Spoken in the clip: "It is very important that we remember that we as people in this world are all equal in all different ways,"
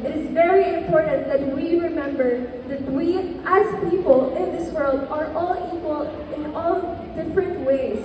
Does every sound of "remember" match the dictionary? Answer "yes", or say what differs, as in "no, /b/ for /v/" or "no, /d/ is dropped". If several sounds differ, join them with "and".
yes